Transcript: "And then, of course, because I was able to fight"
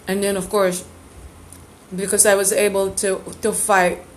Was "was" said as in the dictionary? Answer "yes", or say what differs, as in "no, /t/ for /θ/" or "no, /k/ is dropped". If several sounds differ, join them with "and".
yes